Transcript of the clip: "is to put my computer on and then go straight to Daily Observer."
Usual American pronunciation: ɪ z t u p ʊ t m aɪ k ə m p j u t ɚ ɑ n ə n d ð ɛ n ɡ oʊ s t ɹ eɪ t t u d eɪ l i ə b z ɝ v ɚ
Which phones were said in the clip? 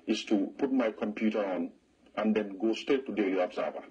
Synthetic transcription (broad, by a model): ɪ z t u p ʊ t m aɪ k ə m p j u t ɚ ɑ n ə n d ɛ n ɡ oʊ s t eɪ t t u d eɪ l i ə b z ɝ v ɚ